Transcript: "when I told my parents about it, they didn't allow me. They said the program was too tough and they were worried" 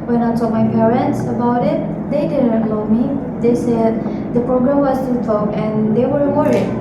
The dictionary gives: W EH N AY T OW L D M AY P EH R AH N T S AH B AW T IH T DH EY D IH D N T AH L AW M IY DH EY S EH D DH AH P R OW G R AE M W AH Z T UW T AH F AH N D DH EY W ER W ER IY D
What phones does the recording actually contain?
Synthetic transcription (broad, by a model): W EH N AY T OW M AY P EH R AH N T S AH B AW T IH T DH EY D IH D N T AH UH M IY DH EY S EH D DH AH P R OW G R AE M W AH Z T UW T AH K AH N D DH EY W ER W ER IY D